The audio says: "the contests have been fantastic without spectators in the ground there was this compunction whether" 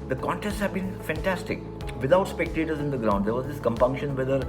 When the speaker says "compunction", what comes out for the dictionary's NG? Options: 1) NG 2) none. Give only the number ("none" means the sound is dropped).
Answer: 1